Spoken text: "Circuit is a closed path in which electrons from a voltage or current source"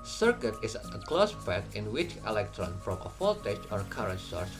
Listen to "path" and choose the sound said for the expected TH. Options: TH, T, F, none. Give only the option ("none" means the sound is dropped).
T